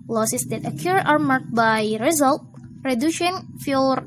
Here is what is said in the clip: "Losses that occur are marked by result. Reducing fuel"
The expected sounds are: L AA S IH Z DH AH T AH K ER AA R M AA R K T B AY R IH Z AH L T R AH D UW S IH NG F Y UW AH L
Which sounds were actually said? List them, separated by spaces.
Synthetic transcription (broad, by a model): L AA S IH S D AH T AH K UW AA R M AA R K B AY R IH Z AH L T R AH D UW SH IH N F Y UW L